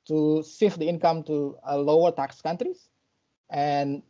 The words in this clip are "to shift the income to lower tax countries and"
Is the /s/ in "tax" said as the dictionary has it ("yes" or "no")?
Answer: yes